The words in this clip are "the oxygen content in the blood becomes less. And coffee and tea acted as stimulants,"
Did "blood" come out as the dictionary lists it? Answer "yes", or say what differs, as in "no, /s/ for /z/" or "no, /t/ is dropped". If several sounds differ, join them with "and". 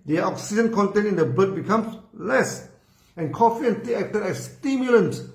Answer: no, /l/ is dropped